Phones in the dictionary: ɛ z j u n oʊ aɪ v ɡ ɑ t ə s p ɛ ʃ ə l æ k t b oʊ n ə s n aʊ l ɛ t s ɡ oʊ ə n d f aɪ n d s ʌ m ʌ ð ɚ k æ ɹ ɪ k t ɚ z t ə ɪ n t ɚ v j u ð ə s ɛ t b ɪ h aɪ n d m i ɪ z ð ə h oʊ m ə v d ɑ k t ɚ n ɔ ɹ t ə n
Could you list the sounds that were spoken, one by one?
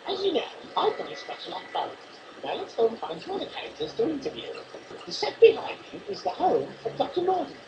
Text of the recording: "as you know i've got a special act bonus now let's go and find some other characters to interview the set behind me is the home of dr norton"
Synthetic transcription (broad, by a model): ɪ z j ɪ n oʊ aɪ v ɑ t ə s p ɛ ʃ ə l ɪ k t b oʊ ə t n aʊ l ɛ t s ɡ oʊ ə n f aɪ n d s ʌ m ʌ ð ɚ k æ ɹ ɪ k t ɚ z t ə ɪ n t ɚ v j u ð ə s ɛ t b ɪ h aɪ n d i ɪ z ð ə h oʊ m ə v d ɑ k t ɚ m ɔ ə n